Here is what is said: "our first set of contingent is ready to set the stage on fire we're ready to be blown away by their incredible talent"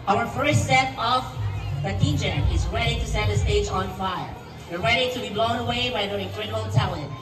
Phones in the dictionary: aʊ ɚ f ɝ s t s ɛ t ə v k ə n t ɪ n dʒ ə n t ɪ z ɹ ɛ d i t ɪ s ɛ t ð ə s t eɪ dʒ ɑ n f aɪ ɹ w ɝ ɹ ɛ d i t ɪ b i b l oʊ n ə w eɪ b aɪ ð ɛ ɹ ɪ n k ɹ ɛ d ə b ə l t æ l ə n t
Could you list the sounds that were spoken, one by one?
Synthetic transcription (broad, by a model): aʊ ɚ f ɝ s t s ɛ t ə v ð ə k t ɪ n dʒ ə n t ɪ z ɹ ɛ d i t ɪ s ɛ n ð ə s t eɪ dʒ ɑ n f aɪ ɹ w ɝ ɹ ɛ d i t ɪ b i b l oʊ n ə w eɪ b aɪ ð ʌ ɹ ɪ k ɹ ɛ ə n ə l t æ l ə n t